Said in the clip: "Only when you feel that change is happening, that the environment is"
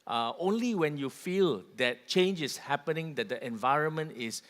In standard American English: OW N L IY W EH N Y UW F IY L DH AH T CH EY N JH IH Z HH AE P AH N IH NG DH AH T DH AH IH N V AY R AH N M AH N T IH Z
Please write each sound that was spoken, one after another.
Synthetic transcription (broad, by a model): OW N L IY W EH N Y UW F IY L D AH T CH EY N JH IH S HH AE P AH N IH NG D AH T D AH IH N V AY R AH N M AH N T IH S